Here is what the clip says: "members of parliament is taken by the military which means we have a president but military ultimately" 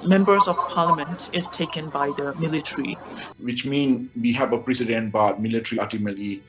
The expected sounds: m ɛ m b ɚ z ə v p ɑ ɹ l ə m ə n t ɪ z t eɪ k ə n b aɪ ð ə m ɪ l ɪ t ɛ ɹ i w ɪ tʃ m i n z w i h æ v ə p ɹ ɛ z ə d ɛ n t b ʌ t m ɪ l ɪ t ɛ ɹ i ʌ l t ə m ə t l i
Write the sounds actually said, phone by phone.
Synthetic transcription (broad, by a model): m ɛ m b ɚ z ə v p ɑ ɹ l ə m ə n t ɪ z t eɪ k ə n b aɪ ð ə m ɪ l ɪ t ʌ ɹ i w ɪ tʃ m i n w i h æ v ə p ɹ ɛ s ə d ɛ n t b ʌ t m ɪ l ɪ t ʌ ɹ i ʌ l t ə m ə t l i